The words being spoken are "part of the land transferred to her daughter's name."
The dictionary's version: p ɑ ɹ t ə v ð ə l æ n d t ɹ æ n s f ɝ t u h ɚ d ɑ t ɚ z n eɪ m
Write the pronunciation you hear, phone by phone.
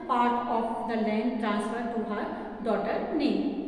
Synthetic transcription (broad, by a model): p ɑ ɹ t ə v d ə l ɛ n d t ɹ æ n s f ɝ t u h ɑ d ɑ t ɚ n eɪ